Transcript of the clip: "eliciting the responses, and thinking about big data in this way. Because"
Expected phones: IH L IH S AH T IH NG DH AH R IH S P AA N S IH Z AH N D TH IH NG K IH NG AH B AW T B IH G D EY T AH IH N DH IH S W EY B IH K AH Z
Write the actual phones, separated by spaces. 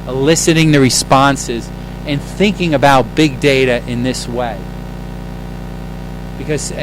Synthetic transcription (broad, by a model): L IH S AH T IH NG DH AH R IH S P AA N S IH Z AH N TH IH NG K IH NG AH B AW T B IH G D EY T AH IH N DH IH S W EY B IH K AH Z